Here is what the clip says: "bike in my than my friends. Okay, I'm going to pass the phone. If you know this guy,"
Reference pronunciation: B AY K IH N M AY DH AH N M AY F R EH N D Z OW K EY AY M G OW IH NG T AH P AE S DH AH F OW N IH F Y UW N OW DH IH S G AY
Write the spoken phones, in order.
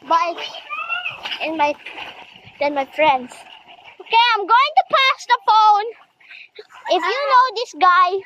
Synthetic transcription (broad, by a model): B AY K IH N M AY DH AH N M AY F R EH N D S OW K EY AY M G OW IH NG T AH P AE S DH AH F OW N IH F Y UW N OW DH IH S G AY